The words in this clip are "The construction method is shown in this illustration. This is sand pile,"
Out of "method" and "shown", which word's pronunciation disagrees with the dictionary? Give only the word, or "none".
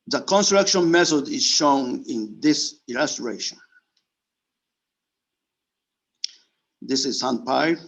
none